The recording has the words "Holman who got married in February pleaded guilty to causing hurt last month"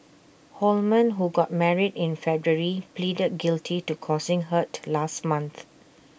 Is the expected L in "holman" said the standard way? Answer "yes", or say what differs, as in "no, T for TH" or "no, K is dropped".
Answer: yes